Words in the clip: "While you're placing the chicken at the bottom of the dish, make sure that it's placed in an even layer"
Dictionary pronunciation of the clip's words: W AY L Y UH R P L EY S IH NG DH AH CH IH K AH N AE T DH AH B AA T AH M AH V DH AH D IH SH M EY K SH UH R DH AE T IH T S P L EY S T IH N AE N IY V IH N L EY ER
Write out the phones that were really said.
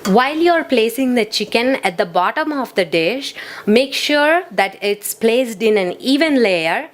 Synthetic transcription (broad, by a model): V AY L Y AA R P L EY S IH NG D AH CH IH K AH N AE T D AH B AA T AH M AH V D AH D IH SH M EY K SH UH R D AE T IH T S P L EY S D IH N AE N IY V IH N L EY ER